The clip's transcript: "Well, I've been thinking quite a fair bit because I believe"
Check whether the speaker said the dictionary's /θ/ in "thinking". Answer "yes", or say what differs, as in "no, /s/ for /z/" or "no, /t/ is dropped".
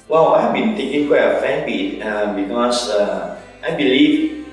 no, /t/ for /θ/